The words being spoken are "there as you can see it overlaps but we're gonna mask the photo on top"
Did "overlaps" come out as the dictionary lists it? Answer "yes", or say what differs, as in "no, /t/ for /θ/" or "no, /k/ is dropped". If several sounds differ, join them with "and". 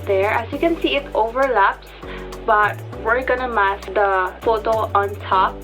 yes